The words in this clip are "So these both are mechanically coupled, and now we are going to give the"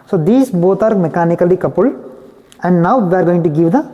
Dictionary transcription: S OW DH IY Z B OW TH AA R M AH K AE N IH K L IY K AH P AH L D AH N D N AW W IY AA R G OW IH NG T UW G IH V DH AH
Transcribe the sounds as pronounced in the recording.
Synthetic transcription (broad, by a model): S OW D IY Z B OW T AA R M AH K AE N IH K L IY K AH P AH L AH N D N AW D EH AA R G OW IH NG T UW G IH V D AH